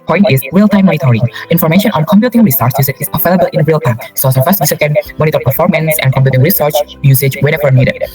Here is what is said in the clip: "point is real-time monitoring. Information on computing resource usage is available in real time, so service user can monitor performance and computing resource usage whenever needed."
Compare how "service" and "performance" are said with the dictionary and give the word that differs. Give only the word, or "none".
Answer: service